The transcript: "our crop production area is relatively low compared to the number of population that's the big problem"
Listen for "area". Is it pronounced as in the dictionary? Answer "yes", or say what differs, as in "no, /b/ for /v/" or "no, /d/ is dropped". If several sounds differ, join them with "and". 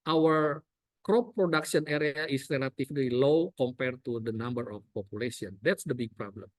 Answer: yes